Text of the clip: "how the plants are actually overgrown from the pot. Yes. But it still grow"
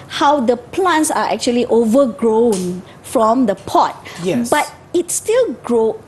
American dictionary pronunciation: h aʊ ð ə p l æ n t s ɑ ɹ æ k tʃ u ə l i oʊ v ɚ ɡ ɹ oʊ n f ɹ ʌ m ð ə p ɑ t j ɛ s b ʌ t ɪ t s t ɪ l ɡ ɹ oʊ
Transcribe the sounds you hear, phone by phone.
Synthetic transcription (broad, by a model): h aʊ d ə p l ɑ n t s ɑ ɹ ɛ k tʃ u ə l i oʊ v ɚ ɡ ɹ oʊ n f ɹ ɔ m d ə p ɑ t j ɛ b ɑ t ɪ t s t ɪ l ɡ ɹ oʊ